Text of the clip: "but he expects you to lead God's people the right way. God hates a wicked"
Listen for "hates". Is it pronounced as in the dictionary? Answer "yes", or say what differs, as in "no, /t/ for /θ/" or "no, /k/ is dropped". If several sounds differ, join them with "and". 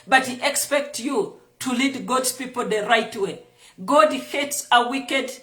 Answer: yes